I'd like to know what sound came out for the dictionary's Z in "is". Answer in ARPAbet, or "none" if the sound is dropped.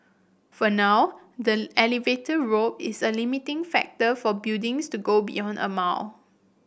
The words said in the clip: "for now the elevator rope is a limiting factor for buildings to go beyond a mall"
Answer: S